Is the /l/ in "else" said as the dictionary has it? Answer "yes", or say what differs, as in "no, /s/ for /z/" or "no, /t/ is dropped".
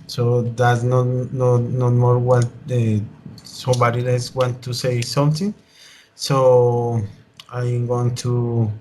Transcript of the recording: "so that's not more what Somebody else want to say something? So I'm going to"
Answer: no, /l/ is dropped